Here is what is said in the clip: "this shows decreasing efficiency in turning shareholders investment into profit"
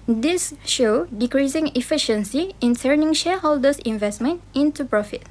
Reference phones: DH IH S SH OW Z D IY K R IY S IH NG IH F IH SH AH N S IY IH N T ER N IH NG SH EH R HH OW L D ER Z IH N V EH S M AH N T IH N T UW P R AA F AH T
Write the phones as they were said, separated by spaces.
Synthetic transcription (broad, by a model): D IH S SH OW D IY K R IY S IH NG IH F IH SH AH N S IY IH N S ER N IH NG SH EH HH OW L D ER S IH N V EH S M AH N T IH N T UW P R AA F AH T